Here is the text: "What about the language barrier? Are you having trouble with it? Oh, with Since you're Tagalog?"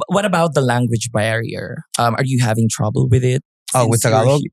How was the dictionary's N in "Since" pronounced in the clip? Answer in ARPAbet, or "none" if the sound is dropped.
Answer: none